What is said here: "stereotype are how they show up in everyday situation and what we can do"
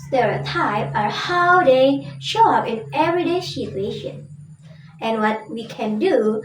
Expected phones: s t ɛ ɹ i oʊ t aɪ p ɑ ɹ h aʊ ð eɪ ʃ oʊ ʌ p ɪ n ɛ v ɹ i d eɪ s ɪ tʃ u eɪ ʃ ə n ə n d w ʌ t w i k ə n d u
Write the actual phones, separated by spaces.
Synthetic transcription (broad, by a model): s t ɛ ɹ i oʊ t aɪ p ɑ ɹ h aʊ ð eɪ ʃ oʊ ʌ p ɪ n ɛ v ɹ i d eɪ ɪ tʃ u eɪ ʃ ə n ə n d w ʌ t w i k ə n d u